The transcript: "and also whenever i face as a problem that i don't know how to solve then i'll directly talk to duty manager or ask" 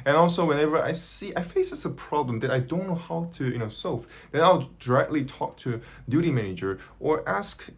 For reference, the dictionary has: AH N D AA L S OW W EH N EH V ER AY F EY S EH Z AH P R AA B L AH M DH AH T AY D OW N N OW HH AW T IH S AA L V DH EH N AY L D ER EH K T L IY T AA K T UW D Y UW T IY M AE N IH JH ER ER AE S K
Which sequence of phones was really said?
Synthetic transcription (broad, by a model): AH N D AA L S OW W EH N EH V ER AY F EY S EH S AH P R AA B L AH M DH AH T AY D OW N N OW HH AW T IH S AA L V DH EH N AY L D ER EH K T L IY T AA K T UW D Y UW T IY M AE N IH JH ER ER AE S K